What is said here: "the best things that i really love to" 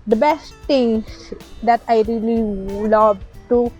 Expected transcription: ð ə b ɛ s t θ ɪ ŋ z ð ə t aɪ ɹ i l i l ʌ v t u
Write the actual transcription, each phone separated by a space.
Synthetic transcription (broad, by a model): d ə b ɛ s t t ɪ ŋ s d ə t aɪ ɹ i l i l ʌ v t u